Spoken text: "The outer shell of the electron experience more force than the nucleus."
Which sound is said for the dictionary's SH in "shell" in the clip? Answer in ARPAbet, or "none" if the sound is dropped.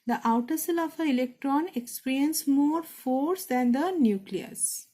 S